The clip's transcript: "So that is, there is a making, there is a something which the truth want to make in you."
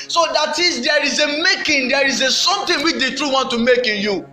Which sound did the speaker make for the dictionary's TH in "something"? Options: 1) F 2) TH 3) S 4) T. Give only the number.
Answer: 4